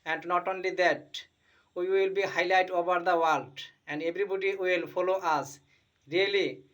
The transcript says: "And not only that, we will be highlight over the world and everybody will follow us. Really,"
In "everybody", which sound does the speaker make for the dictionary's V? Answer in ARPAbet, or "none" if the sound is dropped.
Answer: B